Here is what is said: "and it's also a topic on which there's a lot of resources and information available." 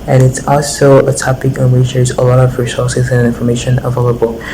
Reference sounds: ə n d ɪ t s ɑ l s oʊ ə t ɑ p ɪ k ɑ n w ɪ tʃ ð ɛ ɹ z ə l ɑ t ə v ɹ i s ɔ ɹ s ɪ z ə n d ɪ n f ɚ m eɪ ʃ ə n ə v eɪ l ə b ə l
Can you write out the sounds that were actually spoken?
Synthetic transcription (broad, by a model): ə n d ɪ t s ɑ l s oʊ ə t ɑ p ɪ k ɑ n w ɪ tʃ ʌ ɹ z ə l ɑ t ə v ɹ i s ɔ ɹ s ɪ z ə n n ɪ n f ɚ m eɪ ʃ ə n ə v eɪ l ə b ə l